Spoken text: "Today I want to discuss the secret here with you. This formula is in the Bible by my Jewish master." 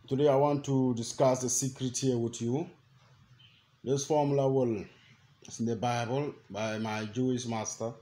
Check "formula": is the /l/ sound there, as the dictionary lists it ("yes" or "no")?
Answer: no